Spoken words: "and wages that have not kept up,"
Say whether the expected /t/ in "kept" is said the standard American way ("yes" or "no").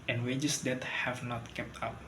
yes